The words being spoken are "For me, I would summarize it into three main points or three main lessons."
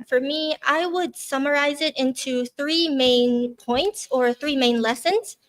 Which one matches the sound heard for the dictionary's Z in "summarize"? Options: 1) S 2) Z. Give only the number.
2